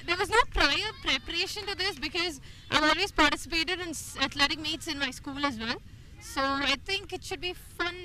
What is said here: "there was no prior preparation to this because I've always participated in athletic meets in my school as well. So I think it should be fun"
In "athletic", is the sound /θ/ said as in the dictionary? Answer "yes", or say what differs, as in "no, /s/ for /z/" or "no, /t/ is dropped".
no, /t/ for /θ/